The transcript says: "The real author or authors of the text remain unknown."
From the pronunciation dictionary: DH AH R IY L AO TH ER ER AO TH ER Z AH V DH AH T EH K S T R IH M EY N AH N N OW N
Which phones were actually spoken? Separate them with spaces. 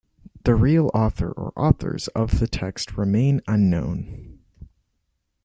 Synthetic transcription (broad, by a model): DH AH R IY L AO TH ER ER AO TH ER Z AH V DH AH T EH K S T R IH M EY N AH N N OW N